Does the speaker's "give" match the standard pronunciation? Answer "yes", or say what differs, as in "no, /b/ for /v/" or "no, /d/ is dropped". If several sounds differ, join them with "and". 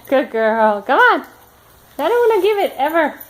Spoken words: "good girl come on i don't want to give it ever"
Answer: yes